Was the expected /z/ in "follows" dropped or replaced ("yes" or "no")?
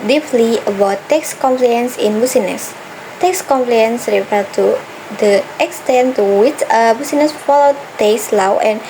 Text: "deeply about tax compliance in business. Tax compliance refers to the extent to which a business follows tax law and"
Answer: yes